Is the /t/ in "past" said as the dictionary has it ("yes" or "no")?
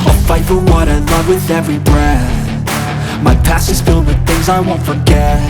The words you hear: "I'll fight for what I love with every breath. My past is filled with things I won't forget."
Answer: no